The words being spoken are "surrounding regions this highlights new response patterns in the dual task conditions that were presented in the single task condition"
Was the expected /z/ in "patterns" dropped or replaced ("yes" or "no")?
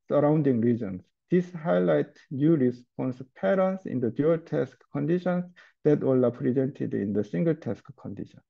yes